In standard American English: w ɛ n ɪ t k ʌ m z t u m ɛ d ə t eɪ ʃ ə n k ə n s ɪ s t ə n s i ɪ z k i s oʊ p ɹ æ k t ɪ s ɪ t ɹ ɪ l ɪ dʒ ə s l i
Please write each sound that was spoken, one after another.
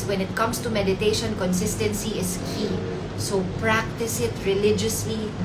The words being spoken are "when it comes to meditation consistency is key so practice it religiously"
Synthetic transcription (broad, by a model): w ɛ n ɪ t k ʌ m s t u m ɛ d ə t eɪ ʃ ə n k ə n s ɪ s t ə n s i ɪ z k i s oʊ p ɹ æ k t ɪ s ɪ t ɹ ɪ l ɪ dʒ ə s l i